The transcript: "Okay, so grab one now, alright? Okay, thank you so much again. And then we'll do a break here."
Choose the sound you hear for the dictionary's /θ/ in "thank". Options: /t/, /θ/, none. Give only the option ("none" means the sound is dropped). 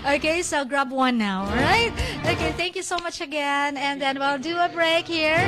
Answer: /θ/